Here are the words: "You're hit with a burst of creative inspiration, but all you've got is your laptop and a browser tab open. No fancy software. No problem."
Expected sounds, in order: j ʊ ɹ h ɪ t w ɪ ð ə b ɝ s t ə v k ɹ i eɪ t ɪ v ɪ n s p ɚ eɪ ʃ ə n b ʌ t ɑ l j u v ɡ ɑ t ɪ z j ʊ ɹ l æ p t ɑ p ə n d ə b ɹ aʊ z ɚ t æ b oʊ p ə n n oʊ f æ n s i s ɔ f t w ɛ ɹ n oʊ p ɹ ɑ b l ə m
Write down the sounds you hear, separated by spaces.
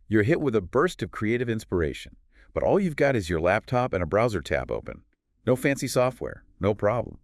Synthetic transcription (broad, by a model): j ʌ ɹ h ɪ t w ɪ ð ə b ɝ s t ə v k ɹ i eɪ t ɪ v ɪ n s p ɚ eɪ ʃ ə n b ʌ t ɑ l j u v ɡ ɑ t ɪ z j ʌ ɹ l æ p t ɑ p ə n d ə b ɹ aʊ z ɚ t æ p oʊ p ə n n oʊ f æ n s i s ɔ f t w ɛ ɹ n oʊ p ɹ ɑ b l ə m